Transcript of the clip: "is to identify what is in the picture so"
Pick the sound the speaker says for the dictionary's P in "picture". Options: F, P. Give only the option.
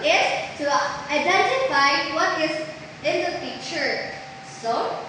F